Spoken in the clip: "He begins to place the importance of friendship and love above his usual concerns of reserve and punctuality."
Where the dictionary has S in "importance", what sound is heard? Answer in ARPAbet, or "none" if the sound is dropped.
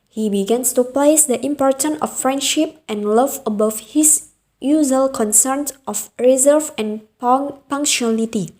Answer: none